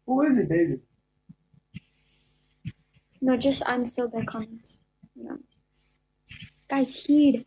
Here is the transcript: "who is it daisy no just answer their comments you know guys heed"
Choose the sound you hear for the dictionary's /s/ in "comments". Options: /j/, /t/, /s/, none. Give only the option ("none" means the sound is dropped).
none